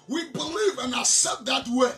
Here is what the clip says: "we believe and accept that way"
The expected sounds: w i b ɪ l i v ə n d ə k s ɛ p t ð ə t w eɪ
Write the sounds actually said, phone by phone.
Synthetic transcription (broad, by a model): w i b ɪ l i v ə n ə s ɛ t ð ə t w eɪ